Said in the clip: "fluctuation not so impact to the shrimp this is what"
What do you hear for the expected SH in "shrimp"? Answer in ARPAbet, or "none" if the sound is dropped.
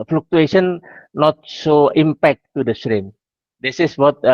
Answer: S